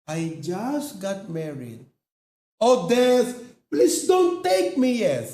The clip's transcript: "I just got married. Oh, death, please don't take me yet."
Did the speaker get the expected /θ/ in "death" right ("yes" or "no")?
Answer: no